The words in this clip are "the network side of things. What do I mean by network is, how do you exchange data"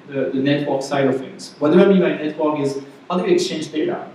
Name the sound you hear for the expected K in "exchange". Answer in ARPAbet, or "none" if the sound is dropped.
K